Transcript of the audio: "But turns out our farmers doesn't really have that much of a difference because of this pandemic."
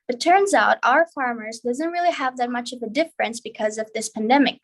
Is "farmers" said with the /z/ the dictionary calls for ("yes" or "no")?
yes